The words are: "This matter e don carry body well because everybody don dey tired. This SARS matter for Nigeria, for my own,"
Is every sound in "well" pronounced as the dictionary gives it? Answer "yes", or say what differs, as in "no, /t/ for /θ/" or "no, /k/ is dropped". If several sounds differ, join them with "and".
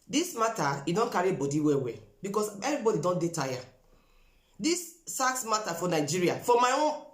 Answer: no, /w/ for /l/